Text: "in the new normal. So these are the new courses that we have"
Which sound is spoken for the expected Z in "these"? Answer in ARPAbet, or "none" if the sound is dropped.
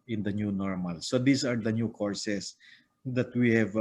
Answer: S